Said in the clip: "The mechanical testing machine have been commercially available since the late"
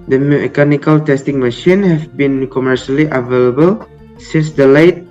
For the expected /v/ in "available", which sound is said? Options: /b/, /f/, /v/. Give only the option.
/v/